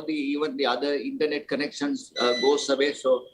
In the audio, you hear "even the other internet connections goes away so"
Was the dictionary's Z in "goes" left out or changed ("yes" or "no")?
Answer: yes